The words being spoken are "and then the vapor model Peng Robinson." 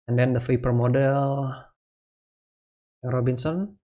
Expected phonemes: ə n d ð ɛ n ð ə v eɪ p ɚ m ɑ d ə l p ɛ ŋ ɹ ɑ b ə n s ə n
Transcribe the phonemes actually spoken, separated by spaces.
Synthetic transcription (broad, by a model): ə n d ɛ n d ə f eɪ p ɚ m ɑ d ə l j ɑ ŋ ɹ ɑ b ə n s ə n